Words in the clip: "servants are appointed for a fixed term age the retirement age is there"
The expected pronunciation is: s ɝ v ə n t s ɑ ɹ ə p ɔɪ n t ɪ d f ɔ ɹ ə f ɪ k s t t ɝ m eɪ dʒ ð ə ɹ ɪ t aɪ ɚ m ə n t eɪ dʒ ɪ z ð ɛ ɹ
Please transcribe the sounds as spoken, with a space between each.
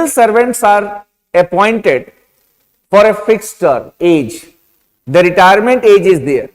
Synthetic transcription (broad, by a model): s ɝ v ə n t s ɑ ɹ ə p ɔɪ n t ɪ d f ɔ ɹ ə f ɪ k s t t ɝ eɪ dʒ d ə ɹ ɪ t aɪ ɚ m ə n t eɪ dʒ ɪ z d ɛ ɹ